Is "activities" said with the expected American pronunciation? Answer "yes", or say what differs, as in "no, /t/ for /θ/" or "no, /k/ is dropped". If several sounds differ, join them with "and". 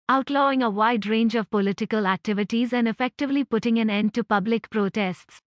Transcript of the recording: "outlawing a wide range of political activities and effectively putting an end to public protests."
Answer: yes